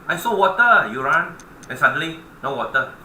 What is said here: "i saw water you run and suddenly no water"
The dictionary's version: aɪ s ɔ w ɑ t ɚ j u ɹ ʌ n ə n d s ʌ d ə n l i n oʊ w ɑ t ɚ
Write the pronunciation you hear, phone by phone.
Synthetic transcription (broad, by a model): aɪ s ɔ w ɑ t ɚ j u ɹ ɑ n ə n s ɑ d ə l i n oʊ w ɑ t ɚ